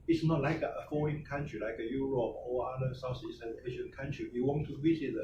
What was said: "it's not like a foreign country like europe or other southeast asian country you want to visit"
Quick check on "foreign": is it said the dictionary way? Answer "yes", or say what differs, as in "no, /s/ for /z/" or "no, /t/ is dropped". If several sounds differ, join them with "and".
no, /ɹ/ is dropped